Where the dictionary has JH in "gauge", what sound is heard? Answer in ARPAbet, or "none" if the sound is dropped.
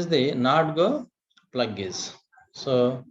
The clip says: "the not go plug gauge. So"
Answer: Z